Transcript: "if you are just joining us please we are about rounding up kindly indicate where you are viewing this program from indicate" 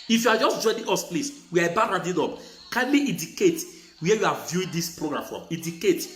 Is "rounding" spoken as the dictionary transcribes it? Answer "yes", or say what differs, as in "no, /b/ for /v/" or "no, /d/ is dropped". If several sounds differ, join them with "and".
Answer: no, /n/ is dropped